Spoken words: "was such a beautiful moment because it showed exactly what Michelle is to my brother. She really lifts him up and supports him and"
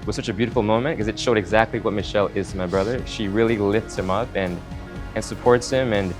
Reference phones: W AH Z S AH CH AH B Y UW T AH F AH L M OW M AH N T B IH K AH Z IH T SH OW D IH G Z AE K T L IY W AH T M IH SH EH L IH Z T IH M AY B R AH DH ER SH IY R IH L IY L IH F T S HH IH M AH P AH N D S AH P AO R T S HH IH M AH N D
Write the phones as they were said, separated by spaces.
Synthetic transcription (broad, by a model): W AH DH S AH CH AH B Y UW T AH F L M OW M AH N K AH Z IH T SH OW D IH G Z AE K T L IY W AH T M IH SH EH L IH Z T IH M AY B R AH DH ER SH IY R IH L IY L IH F T S HH IH M AH P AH N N S AH P AO R T S HH IH M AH N